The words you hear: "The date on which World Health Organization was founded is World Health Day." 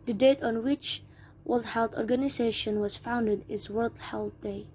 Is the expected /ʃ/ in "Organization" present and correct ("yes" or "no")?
yes